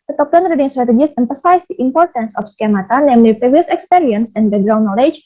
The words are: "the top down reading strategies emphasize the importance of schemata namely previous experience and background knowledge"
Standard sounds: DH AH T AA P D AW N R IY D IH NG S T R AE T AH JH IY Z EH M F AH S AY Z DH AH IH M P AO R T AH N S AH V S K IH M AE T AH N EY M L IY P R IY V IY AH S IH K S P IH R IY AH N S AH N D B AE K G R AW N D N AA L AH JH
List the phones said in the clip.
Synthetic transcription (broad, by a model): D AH T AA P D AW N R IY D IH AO S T R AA T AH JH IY S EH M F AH S AY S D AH IH M P AO R T AH N S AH F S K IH M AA T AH N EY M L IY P R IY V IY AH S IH K S P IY R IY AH N S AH N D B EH G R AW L N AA L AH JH